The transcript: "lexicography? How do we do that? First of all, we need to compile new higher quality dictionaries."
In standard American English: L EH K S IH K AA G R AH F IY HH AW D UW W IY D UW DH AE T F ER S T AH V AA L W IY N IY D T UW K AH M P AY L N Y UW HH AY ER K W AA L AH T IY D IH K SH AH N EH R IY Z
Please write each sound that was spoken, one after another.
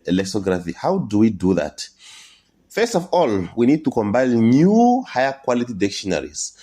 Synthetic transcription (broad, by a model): L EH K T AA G R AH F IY HH AW D UW W IY D UW DH AE T F ER S T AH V AA L W IY N IY D T UW K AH M B AY N Y UW HH AY ER K W AA L AH T IY D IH K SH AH N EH R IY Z